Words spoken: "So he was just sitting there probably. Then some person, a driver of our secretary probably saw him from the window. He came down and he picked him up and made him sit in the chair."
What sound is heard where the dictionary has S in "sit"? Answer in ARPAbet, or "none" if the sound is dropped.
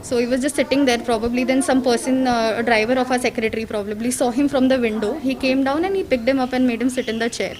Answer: S